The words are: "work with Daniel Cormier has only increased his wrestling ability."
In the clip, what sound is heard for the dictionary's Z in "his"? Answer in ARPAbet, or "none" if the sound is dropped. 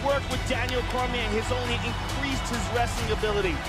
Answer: Z